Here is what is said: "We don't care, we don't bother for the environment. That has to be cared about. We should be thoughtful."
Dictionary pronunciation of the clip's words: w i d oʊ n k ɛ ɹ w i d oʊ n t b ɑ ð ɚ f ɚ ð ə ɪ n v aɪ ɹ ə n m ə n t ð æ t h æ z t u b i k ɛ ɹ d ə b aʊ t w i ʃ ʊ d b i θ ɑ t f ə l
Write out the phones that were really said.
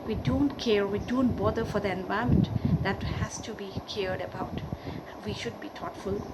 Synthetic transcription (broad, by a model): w i d oʊ n k ɛ ɹ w i d oʊ n t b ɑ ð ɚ f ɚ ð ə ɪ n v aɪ ə m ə n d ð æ t h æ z t u b i k ɛ ɹ d ə b aʊ t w i ʃ ʊ d b i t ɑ t f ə l